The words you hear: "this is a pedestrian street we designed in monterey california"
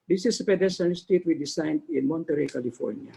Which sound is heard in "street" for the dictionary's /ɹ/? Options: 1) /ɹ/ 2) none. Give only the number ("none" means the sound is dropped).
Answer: 2